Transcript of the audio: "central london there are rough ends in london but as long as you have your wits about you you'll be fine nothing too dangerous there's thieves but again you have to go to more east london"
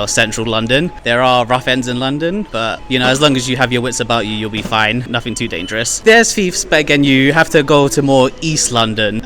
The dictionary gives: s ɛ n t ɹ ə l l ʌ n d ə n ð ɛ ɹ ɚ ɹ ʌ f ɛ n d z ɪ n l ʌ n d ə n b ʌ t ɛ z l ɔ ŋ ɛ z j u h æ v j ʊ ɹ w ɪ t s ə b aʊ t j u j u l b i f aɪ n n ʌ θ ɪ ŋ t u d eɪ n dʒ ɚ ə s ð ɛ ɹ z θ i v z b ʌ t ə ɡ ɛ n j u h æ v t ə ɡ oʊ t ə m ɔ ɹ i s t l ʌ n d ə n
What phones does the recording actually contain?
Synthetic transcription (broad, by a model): s ɛ n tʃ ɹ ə l l ʌ n d ə n ð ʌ ɹ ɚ ɹ ʌ f ɛ n d z ɪ n l ʌ n d ə n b ʌ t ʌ z l ɔ ŋ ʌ z j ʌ v j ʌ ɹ w ɪ t s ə b aʊ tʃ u j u l b i f aɪ n n ʌ θ ɪ ŋ t u d eɪ n dʒ ɚ ə s ð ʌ ɹ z f i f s b ʌ t ə ɡ ɛ n j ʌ h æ f t ə ɡ oʊ t ə m ɔ ɹ i s t l ʌ n d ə n